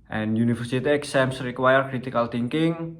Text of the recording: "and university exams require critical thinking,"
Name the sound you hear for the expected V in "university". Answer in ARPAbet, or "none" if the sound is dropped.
F